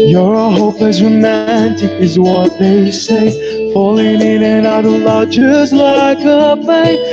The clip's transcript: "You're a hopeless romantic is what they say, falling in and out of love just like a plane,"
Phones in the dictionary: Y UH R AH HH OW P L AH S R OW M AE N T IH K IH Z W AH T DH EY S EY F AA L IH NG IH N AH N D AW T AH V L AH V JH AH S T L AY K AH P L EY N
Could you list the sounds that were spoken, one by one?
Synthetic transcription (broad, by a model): Y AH R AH HH OW P AH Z R OW M AE N T IH K IH Z W AH T DH EY S EY F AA L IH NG IH N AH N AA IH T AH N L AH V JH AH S L AY K AH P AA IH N